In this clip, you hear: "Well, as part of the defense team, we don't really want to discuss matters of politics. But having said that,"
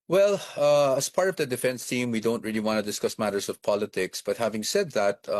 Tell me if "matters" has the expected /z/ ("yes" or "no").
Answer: no